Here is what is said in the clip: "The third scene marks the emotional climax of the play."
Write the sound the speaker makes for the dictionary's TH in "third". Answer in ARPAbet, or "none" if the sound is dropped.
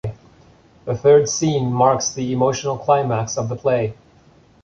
TH